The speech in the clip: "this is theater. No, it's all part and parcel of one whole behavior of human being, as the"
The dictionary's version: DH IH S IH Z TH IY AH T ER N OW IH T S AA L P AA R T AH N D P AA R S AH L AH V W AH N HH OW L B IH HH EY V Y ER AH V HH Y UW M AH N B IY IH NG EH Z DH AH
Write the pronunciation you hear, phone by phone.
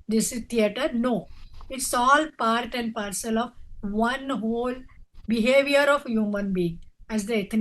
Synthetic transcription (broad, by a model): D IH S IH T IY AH T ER N OW IH T S AA L P AA R T AH N D P AA R S AH L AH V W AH N HH OW L B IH HH EY V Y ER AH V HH Y UW M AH N B IY IH NG EH Z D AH